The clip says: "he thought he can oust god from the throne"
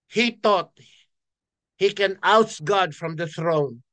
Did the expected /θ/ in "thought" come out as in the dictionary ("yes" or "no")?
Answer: no